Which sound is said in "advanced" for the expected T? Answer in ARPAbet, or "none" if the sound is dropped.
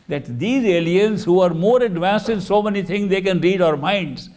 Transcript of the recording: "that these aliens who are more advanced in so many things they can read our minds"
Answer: T